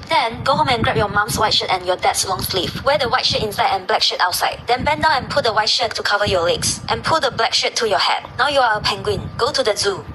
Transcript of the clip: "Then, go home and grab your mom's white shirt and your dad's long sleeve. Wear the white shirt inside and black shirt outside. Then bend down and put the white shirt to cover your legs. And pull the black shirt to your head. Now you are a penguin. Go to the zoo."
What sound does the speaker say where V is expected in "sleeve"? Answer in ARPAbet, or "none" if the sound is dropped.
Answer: F